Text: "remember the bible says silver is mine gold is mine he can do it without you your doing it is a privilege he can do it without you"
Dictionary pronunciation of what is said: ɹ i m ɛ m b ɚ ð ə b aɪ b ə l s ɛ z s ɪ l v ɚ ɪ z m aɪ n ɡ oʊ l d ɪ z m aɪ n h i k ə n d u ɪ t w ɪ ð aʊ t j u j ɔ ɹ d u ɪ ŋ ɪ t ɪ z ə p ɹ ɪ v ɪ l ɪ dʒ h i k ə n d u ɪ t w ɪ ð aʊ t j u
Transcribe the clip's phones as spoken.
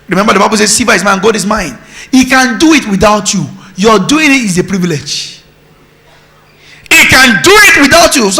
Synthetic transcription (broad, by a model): ɹ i m ɛ m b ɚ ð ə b aɪ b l s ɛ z s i v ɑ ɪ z m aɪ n ɡ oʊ d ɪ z m aɪ n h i k ə n d u ɪ t w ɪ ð aʊ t j u j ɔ d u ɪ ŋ ɪ t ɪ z ə p ɹ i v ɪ l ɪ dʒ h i k ə n d u ɪ t w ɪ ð aʊ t j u